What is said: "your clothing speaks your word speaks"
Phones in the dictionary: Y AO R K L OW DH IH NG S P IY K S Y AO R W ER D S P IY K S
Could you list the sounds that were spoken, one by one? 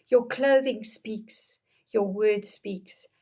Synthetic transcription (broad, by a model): Y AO K L OW DH IH NG S P IY K S Y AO W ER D S P IY K S